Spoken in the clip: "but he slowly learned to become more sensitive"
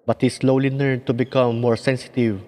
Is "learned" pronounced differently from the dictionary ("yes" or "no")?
yes